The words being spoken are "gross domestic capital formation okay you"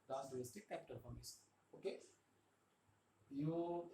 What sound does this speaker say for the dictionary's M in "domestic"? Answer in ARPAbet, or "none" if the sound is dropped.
none